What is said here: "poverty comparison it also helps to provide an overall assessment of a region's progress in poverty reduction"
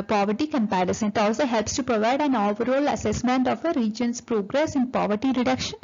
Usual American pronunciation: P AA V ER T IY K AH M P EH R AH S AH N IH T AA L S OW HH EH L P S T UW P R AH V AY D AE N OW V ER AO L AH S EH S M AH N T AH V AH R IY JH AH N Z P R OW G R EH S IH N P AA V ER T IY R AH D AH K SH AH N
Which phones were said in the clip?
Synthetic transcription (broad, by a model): P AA V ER T IY K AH M P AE R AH S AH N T AA L S OW HH EH L P S T UW P R AH V AY D AE N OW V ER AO L AH S EH S M AH N T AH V AH R IY JH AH N S P R OW G R EH S IH N P AA V ER T IY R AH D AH K SH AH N